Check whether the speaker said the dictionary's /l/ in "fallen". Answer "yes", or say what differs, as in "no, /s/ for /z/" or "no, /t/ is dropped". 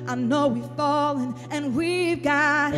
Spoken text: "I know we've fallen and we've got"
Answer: yes